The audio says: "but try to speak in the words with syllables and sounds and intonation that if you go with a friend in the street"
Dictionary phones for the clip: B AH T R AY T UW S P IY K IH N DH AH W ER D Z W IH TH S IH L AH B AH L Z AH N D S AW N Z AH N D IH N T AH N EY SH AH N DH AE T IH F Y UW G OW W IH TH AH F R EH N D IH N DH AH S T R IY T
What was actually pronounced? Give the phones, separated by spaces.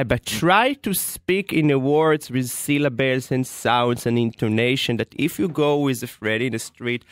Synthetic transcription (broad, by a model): B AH T R AY T UW S P IY K IH N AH W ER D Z W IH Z S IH L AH B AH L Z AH N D S AW N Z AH N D IH N T AH N EY SH AH N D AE T IH F Y UW G OW W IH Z AH F R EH D IH N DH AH S T R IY T